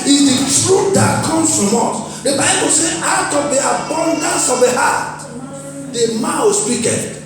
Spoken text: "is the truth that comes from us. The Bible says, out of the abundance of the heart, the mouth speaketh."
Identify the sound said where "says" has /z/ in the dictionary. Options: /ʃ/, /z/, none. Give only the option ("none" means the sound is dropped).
none